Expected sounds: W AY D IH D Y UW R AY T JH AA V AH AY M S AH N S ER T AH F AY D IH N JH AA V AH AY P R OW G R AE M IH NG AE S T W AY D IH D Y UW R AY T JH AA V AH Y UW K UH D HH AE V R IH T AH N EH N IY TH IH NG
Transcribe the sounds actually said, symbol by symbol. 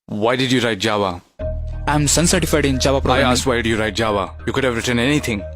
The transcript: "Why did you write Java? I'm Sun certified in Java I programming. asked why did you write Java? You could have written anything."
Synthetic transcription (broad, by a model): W AY D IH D Y UW R AY T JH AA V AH AY M S AH N S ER T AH F AY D IH N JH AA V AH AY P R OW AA IH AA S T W AY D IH Y UW R AY T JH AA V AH Y UW K UH D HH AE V R IH T AH N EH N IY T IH NG